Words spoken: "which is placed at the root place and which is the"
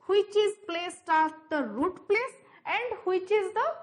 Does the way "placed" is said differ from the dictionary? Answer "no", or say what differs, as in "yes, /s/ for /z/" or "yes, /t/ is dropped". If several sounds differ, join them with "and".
no